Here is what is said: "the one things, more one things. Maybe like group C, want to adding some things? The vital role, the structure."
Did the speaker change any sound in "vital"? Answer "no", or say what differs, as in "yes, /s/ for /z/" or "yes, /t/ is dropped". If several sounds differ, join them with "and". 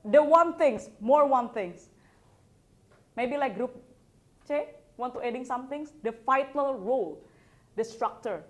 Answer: yes, /f/ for /v/